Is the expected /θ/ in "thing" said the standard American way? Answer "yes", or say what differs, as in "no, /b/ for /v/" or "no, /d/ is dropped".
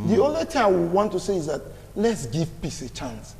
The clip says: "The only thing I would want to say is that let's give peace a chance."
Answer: no, /t/ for /θ/